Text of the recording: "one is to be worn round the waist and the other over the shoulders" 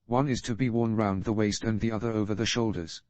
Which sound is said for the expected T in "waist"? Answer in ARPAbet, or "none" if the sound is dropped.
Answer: T